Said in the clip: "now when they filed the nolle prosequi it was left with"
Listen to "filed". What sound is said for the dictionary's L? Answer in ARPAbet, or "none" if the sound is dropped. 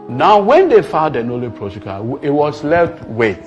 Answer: none